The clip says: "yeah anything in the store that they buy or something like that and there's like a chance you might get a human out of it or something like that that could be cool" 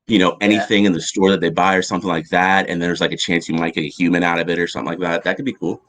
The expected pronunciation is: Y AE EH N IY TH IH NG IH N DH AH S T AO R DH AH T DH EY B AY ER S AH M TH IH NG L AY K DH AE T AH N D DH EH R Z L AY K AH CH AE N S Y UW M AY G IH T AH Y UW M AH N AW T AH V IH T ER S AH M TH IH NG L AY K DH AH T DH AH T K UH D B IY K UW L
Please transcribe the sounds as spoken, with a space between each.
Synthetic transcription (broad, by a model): Y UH EH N IY TH IH NG IH N DH AH S T AO R DH AH T DH EY B AY ER S AH M TH IH NG L AY K DH AE T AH N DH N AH W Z L AY K AH CH AE N S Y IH M AY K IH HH Y UW M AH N AW T AH V IH T ER S AH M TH IH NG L AY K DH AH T DH AH T K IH D B IY K UW L